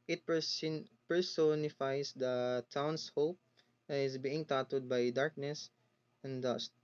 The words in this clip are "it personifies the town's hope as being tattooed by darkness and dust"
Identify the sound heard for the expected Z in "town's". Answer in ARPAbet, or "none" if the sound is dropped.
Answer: S